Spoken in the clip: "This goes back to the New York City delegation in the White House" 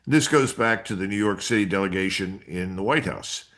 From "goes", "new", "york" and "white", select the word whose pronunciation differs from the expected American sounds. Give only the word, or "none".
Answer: none